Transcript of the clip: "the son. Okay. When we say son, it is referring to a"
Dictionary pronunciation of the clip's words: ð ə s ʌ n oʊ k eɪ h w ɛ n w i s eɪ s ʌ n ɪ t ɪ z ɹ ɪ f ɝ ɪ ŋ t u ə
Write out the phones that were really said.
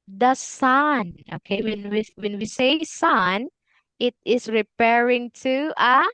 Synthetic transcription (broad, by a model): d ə s ʌ n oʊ k eɪ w w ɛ n w i s eɪ s ʌ n ɪ t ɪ s ɹ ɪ p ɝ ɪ ŋ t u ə